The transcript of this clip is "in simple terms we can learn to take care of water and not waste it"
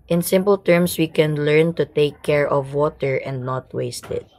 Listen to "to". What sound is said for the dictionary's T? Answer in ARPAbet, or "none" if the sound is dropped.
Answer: T